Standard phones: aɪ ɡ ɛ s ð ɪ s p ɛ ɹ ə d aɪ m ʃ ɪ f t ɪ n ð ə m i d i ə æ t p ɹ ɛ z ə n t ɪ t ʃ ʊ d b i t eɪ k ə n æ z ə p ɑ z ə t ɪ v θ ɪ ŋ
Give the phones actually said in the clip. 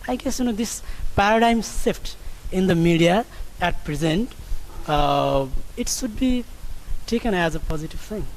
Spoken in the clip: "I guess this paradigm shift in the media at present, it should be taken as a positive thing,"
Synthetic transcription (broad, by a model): aɪ ɡ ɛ s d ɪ s p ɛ ɹ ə d aɪ m s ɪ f t ɪ n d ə m i d i ə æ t p ɹ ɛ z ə n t ɪ t ʃ ʊ d b i t eɪ k ə n æ z ə p ɑ z ə t ɪ v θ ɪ ŋ